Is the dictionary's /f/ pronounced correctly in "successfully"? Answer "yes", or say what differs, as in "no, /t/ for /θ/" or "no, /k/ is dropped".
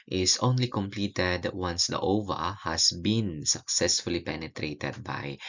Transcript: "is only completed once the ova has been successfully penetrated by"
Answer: yes